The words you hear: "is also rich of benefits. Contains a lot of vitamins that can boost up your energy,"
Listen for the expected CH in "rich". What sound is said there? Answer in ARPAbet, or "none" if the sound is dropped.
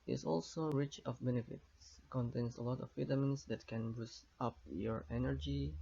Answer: CH